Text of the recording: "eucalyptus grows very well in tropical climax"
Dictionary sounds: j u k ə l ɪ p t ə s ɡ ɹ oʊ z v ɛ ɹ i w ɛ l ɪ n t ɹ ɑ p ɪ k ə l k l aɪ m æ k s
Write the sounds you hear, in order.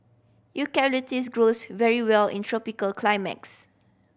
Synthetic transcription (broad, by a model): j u k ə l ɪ t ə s ɡ ɹ oʊ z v ɛ ɹ i w ɛ l ɪ n t ɹ ɑ p ɪ k ə l k l aɪ m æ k s